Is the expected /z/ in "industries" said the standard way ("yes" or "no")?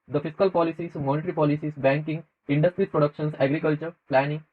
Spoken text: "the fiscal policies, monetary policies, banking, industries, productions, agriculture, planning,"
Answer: no